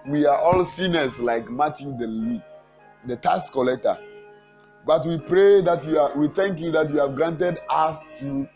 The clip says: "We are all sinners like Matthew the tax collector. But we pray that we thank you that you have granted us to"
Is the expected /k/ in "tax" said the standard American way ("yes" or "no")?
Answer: no